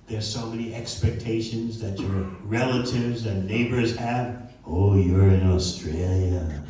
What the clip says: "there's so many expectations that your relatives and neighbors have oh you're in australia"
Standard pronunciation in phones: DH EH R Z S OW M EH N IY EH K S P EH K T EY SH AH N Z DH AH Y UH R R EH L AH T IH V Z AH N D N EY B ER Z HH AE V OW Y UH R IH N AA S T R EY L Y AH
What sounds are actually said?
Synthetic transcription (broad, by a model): DH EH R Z S OW M EH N IY EH K S P EH K T EY SH AH N Z DH AH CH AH R R EH L AH T IH V Z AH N N EY B ER Z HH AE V OW Y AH R IH N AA S T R EY L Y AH